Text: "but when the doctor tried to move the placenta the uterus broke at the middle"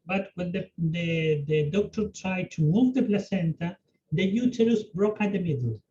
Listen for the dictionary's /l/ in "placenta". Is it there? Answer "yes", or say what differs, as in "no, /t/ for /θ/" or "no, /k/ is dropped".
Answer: yes